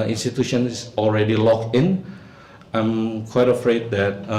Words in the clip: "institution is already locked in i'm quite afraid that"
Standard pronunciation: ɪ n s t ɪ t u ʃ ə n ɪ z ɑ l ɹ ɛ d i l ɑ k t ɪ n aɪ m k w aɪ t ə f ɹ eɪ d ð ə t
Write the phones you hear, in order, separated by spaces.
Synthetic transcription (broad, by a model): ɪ n s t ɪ t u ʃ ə n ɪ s ɑ l ɹ ɛ d i l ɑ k ɪ n aɪ m k w aɪ t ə f ɹ eɪ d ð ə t